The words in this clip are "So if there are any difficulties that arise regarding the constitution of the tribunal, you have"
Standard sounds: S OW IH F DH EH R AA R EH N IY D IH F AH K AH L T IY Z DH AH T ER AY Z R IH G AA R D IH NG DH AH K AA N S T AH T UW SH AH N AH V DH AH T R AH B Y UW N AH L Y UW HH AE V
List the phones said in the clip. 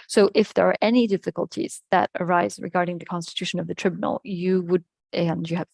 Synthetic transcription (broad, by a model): S OW IH F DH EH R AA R EH N IY D IH F AH K AH L T IY Z DH AH T ER AY Z R IH G AA R D IH NG DH AH K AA N S T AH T UW SH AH N AH V DH AH T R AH B Y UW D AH N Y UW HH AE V